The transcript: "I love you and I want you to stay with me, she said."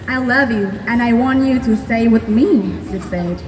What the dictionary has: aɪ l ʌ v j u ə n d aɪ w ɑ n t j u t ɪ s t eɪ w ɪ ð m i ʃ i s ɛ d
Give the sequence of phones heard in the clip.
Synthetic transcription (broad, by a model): aɪ l ʌ v j u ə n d aɪ w ɑ n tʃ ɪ t ɪ s t eɪ w ɪ ð m i s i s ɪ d